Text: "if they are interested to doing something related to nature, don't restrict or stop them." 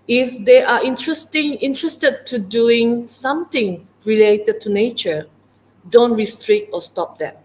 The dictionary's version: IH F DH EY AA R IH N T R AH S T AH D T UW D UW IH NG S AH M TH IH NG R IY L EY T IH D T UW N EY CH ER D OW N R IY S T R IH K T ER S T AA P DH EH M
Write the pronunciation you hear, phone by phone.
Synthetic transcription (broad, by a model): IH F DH EY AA R IH N T R AH S T AH D T UW D UW IH NG S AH M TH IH NG R IY L EY T IH D T UW N EY CH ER D OW N R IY S T R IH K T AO S T AA P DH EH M